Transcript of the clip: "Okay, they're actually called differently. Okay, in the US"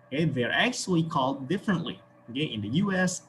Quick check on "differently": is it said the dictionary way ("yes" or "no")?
yes